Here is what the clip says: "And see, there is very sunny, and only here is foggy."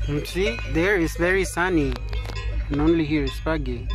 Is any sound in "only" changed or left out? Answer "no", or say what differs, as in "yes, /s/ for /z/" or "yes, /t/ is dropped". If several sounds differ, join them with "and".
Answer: no